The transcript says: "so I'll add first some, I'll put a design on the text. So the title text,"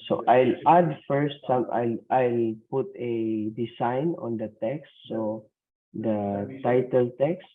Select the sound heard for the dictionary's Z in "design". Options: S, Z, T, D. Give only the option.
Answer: S